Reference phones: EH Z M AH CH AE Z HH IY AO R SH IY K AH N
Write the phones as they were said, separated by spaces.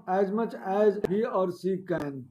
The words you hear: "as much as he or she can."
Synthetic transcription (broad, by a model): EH Z M AH CH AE Z HH IY AO R S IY K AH N